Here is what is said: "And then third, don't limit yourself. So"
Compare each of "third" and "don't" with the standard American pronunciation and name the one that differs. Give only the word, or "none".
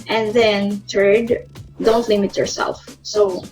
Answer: third